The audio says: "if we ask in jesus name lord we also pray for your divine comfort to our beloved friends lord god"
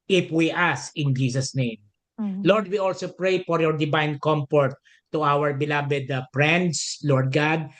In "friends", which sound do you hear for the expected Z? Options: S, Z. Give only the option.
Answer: S